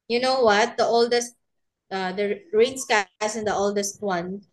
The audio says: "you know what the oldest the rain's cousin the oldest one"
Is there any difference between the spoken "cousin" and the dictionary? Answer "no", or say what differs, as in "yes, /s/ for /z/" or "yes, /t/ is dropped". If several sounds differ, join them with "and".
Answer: yes, /s/ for /z/